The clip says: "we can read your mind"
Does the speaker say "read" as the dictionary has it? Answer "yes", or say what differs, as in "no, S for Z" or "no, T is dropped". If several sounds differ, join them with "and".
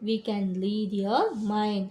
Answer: no, L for R